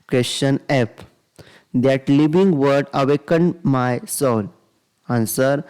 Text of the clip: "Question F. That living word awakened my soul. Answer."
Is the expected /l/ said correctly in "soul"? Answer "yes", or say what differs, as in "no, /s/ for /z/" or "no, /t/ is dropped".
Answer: no, /n/ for /l/